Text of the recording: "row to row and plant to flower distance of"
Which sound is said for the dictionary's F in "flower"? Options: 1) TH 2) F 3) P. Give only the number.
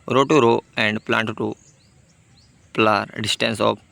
3